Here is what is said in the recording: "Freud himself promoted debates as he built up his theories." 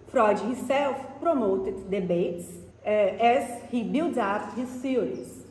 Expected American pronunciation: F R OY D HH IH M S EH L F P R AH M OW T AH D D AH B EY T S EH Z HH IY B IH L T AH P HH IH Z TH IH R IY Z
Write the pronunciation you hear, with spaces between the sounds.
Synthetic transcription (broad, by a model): F R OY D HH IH S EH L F P R AH M OW T AH D D AH B EY T S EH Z HH IY B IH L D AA F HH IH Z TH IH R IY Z